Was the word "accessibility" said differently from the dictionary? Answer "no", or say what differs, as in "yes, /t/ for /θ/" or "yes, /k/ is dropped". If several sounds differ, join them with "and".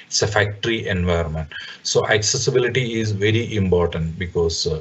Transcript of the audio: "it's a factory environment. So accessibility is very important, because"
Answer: no